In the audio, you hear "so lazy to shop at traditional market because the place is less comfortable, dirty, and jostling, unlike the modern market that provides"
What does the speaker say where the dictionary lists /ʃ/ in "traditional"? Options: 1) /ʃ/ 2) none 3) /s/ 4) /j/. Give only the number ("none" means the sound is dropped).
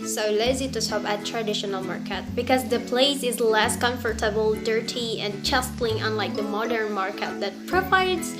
1